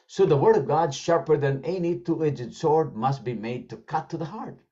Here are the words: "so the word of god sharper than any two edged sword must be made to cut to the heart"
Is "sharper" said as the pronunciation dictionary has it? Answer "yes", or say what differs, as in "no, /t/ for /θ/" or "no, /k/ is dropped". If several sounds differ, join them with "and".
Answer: yes